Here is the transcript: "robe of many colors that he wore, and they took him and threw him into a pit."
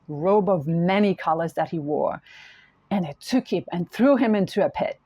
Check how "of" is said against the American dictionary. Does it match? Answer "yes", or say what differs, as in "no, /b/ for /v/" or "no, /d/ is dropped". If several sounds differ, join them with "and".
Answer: yes